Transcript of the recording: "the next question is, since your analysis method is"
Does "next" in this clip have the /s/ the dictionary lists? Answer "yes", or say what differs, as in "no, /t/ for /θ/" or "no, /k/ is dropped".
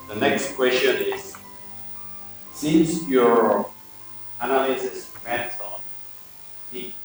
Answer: yes